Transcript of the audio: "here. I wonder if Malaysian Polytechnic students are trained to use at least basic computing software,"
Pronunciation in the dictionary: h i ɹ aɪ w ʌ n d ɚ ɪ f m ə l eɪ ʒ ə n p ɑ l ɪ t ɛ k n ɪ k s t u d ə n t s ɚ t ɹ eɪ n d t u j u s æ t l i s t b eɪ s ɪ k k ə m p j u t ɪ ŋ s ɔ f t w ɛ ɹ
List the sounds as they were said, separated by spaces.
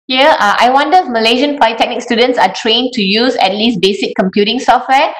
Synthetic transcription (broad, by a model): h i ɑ aɪ w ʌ n d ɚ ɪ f m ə l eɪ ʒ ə n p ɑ ɪ t ɛ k n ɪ k s t u d ə n t s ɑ t ɹ eɪ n t u j u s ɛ t l i s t b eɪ s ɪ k k ə m p j u t ɪ ŋ s ɔ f t w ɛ